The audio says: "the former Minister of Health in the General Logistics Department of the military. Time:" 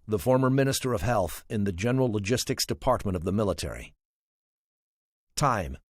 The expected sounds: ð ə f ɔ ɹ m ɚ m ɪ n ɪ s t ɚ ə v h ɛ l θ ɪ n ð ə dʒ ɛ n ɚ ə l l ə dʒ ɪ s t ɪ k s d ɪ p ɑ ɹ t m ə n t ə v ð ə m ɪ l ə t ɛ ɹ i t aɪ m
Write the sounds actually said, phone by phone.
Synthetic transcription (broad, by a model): ð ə f ɔ ɹ m ɚ m ɪ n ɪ s t ɚ ə v h ɛ l θ ɪ n ð ə dʒ ɛ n ɚ l l ə dʒ ɪ s t ɪ k s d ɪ p ɑ ɹ t m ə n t ə v ð ə m ɪ l ə t ɛ ɹ i t aɪ m